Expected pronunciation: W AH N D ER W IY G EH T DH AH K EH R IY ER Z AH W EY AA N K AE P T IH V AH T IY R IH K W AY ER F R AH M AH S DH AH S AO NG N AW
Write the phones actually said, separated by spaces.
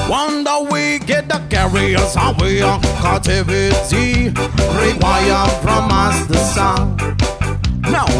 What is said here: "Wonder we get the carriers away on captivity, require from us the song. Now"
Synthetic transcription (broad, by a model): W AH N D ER W IY G EH T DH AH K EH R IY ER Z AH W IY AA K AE T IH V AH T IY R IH W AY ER F R AH M AH S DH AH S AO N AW